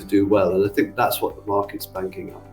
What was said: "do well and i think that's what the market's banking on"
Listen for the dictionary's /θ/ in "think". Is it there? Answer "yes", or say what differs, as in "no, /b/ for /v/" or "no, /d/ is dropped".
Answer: yes